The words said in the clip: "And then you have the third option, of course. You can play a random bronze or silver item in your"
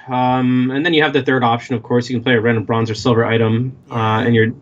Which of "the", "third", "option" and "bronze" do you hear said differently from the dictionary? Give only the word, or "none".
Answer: none